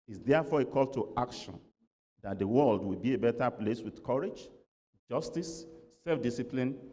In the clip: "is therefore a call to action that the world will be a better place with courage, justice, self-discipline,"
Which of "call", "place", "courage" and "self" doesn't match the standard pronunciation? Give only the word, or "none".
none